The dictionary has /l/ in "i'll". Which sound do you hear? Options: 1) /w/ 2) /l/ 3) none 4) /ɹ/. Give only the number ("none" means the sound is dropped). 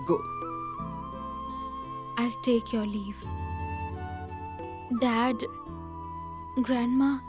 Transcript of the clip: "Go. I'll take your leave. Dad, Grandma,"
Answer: 2